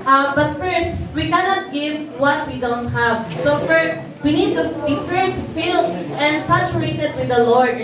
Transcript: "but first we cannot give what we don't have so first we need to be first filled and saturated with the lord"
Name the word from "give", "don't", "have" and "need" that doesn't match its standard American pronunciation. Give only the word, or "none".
none